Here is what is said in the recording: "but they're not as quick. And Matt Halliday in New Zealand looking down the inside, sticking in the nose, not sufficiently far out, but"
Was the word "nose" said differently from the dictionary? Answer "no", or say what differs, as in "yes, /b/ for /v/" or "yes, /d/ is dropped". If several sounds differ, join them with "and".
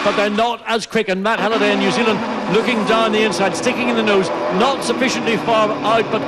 no